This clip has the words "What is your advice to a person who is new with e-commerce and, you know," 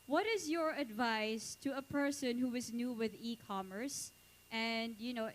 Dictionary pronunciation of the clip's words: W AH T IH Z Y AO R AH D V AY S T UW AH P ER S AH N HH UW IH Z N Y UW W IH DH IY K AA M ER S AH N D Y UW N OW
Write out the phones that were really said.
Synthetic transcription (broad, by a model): W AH T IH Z Y AO R AH D V AY S T UW AH P ER S AH N HH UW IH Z N Y UW W IH DH IY K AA M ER S AH N D Y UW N OW